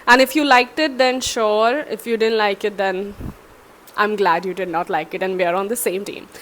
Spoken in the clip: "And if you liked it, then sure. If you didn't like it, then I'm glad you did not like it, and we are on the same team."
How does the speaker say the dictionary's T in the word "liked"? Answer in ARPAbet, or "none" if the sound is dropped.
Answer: T